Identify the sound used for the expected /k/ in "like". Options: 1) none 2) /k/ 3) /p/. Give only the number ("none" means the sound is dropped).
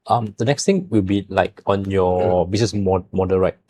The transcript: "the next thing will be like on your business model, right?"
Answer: 2